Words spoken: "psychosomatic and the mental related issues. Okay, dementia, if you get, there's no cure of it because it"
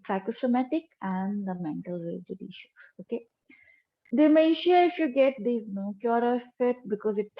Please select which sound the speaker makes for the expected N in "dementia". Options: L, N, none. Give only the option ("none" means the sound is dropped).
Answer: none